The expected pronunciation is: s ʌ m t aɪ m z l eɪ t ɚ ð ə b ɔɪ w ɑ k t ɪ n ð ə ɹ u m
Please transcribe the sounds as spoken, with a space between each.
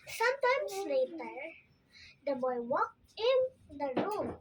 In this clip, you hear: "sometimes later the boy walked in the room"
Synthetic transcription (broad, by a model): s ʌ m t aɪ m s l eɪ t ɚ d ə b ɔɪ w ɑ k ɪ n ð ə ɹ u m